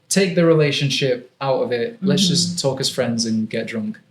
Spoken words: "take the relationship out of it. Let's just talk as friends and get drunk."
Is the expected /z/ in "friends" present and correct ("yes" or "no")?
yes